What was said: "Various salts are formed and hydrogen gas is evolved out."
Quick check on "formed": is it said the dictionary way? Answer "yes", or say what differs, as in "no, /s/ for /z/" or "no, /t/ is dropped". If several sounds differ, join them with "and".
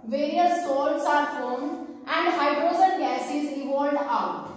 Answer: no, /d/ is dropped